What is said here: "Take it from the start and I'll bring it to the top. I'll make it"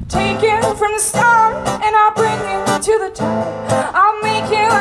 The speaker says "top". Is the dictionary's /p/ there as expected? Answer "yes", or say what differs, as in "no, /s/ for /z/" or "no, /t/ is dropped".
no, /p/ is dropped